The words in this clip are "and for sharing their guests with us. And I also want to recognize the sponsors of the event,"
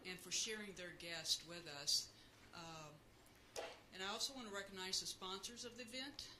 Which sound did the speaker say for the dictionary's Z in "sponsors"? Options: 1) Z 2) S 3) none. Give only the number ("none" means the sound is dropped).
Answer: 1